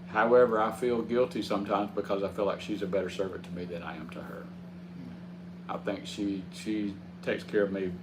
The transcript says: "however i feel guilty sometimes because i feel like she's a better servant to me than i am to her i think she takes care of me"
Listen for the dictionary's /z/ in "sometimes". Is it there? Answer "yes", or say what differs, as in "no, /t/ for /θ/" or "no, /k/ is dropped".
yes